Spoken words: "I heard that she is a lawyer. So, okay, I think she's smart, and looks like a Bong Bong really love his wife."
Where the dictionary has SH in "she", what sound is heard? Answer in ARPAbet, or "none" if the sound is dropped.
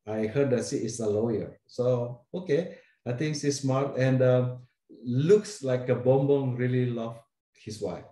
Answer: S